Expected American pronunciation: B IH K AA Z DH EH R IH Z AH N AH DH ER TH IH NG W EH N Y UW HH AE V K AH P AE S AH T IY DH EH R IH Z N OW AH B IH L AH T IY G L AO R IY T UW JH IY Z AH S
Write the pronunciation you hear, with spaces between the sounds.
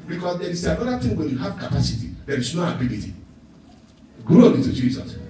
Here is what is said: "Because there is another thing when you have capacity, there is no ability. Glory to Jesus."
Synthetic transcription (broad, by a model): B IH K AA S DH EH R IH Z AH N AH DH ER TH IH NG W EH N Y UW HH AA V K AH P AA S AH T IY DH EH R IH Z N OW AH B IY L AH T IY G AO IY T UW JH IY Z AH S